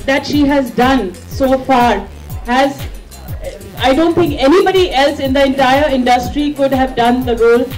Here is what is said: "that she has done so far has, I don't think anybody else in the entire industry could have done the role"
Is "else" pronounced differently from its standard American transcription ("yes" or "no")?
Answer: no